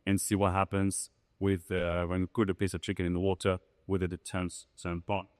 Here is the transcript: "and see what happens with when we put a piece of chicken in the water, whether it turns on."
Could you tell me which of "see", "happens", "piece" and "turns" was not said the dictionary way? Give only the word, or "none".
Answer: turns